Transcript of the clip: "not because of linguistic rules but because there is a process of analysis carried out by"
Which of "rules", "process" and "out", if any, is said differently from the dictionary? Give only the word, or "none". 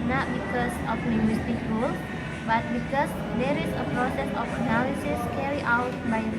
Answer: rules